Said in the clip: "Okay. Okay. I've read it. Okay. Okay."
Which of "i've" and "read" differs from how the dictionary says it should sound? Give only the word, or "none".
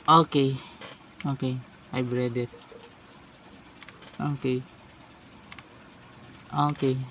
i've